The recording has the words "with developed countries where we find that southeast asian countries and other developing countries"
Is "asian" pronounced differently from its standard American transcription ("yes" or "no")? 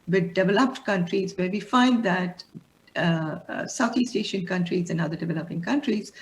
yes